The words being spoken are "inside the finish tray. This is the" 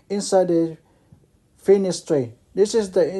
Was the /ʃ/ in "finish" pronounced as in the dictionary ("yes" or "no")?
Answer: no